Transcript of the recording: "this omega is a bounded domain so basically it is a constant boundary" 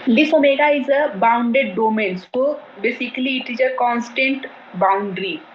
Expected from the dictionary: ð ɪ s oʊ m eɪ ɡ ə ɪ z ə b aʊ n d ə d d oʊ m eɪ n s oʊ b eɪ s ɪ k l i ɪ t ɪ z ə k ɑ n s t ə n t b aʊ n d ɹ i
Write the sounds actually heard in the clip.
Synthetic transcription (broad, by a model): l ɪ s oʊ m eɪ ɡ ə ɪ z ə b aʊ n d ə d d oʊ m eɪ n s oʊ b eɪ s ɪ k l i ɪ t ɪ z ə k ɑ n s t ə n t b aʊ n d ɹ i